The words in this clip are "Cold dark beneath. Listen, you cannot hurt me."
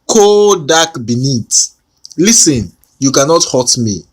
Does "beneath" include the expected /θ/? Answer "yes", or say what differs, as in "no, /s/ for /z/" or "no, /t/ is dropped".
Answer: no, /t/ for /θ/